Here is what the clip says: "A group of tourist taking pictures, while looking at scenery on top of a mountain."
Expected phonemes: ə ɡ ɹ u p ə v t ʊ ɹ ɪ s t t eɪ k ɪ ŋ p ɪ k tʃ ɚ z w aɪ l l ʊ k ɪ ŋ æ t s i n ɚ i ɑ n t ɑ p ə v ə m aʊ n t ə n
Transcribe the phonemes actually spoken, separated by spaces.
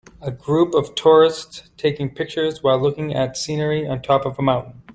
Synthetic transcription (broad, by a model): ə ɡ ɹ u p ə v t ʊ ɹ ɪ s t t eɪ k ɪ ŋ p ɪ k tʃ ɚ z w aɪ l l ʊ k ɪ ŋ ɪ t s i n ɚ i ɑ n t ɑ p ə v ə m aʊ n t n